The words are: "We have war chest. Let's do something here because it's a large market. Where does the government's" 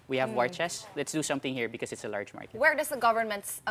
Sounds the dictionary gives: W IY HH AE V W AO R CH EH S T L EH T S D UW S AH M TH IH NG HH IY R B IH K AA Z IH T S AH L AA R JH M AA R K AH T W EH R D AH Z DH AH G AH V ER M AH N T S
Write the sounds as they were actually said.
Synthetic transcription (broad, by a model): W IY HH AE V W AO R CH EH S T L EH T S D UW S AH M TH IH NG HH IY R B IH K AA S IH T S AH L AA R JH M AA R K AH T W EH R D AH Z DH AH G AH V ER M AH N T S